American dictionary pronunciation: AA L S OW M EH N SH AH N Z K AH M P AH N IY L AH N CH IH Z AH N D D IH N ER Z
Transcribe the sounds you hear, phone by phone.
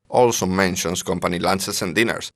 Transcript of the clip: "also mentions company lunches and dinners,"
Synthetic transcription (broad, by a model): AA L S OW M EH N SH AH N S K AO M P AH N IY L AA N S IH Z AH N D D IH N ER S